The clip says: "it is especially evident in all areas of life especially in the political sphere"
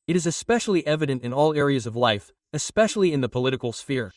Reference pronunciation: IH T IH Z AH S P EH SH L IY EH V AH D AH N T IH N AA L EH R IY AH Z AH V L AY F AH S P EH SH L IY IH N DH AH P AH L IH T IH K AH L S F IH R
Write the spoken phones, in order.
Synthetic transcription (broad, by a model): IH T IH Z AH S P EH SH L IY EH V AH D AH N T IH N AA L EH R IY AH Z AH V L AY F AH S P EH SH L IY IH N DH AH P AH L IH T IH K L S F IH R